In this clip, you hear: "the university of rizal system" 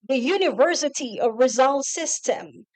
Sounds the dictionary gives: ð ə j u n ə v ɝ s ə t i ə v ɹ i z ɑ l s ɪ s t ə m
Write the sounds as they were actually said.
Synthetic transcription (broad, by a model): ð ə j u n ə v ɝ s ə t i ə v ɹ i z ɑ l s ɪ s t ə m